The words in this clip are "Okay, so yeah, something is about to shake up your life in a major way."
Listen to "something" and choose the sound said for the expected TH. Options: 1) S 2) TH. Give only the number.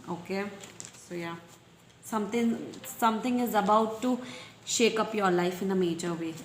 1